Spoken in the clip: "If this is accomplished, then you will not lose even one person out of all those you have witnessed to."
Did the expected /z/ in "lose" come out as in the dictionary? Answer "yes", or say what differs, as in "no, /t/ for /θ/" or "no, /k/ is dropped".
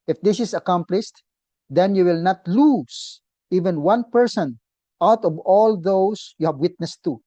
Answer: no, /s/ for /z/